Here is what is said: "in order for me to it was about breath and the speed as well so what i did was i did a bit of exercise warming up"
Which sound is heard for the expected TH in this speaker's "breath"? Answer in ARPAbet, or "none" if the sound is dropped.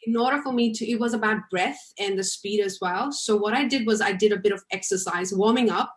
TH